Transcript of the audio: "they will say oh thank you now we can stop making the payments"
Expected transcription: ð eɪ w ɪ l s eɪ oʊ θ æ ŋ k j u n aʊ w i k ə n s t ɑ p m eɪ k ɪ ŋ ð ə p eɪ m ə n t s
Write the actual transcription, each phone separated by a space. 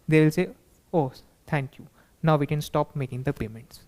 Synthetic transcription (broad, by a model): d eɪ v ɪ l s eɪ oʊ t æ ŋ k j u n aʊ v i k ə n s t ɑ p m eɪ k ɪ ŋ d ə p eɪ m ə n t s